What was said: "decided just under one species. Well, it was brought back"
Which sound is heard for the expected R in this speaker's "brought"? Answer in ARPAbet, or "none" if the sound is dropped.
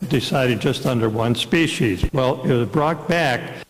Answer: R